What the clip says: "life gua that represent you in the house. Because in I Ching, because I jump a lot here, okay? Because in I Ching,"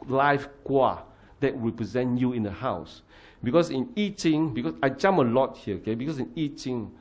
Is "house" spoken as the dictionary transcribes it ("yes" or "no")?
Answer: yes